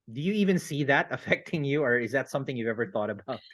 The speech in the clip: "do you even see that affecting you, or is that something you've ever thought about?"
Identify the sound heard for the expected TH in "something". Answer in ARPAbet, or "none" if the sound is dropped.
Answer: TH